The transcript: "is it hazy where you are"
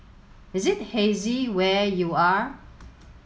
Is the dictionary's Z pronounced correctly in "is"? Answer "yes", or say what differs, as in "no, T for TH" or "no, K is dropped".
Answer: yes